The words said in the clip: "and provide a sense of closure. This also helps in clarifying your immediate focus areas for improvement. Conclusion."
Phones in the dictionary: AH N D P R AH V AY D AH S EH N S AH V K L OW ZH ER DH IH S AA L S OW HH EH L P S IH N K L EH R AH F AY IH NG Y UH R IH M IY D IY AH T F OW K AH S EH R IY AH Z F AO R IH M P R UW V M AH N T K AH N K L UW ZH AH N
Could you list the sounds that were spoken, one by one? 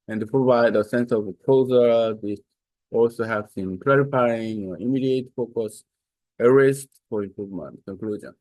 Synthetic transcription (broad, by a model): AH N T P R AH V AY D AH S EH N S AH V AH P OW Z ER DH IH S AA L S OW HH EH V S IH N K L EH R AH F AY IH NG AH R IH M IY D IY AH T F OW K AH S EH R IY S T F AO R IH M P R UW V M AH N T K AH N K L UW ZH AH N